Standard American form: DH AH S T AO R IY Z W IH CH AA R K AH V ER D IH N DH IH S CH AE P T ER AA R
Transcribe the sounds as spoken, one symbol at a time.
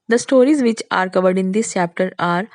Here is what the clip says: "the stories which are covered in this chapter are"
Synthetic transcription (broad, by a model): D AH S T AO R IY Z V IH CH AA R K AH V ER D IH N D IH S CH AE P T ER AA R